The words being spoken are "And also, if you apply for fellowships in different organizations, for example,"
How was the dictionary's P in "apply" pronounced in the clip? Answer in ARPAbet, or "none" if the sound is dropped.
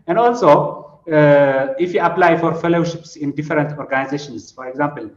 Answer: P